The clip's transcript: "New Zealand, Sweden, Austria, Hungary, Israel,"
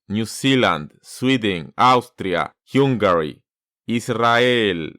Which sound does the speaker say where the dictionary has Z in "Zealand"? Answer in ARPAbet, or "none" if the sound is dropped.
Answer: S